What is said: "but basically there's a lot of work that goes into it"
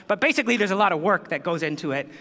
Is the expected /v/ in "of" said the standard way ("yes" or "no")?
yes